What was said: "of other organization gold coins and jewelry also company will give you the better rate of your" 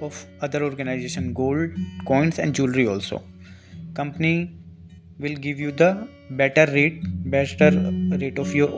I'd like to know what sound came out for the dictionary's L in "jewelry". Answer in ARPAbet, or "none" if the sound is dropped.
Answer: L